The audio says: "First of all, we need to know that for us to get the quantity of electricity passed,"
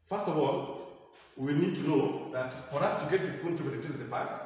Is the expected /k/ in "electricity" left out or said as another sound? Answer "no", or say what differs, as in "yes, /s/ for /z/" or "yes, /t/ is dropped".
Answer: yes, /k/ is dropped